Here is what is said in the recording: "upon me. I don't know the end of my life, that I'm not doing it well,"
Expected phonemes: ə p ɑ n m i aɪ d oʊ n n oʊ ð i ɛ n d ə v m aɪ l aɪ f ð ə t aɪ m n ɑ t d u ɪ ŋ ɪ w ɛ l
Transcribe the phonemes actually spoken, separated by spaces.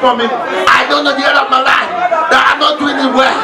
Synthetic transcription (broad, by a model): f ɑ m i aɪ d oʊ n n oʊ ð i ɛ d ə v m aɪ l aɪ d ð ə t aɪ m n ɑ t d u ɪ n ɪ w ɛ